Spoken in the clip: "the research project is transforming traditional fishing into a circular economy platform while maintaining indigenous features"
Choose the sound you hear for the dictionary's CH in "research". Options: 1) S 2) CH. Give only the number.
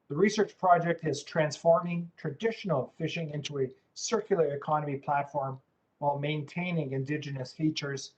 2